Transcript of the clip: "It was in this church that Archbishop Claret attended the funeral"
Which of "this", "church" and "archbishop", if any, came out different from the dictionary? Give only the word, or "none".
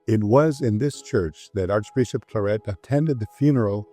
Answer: none